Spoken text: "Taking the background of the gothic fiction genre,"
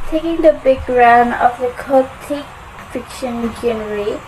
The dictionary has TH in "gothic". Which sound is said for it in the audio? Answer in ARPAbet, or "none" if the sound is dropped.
T